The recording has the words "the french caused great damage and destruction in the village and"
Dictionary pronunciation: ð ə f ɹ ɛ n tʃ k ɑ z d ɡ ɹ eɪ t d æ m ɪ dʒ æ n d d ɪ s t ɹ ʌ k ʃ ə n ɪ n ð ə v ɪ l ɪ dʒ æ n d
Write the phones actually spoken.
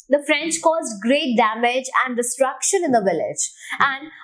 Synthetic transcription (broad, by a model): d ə f ɹ ɛ n tʃ k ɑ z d ɡ ɹ eɪ t d æ m ɪ dʒ æ n d d ɪ s t ɹ ʌ k ʃ ə n ɪ n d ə v ɪ l ɪ dʒ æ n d